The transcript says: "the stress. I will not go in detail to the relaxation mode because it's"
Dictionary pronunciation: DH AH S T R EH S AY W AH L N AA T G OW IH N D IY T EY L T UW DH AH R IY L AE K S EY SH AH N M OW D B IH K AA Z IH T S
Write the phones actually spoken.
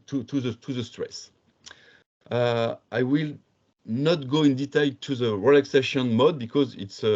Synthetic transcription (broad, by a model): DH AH S T R EH S AY W AH L N AA T G OW IH N D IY T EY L T UW DH AH R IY L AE K S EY SH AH N M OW D B IH K AA Z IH T S